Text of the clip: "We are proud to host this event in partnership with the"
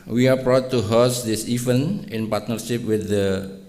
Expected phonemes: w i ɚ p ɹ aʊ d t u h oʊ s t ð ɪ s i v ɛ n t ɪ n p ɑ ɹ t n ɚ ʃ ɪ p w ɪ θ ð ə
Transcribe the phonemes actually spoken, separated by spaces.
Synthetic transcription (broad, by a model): w i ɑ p ɹ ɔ t u h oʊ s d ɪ s i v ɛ n ɪ n p ɑ ɹ t n ɚ ʃ ɪ p w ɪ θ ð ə